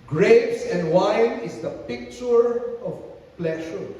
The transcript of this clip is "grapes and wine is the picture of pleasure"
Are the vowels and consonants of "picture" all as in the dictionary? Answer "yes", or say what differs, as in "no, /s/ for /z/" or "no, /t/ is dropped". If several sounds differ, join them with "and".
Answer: yes